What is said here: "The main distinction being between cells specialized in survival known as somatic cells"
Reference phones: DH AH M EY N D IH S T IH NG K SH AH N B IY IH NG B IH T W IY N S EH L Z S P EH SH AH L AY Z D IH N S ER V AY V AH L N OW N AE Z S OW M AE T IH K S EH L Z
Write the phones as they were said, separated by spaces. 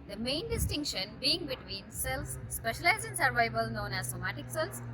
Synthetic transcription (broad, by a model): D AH M EY N D IH S T IH NG K SH AH N B IY IH NG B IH T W IY N S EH L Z S P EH SH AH L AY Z IH N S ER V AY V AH L N OW N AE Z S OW M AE T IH K S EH L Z